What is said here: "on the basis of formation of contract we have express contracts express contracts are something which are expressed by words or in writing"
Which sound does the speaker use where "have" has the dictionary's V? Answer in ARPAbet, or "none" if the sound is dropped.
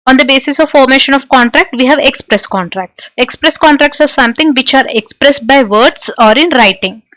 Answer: V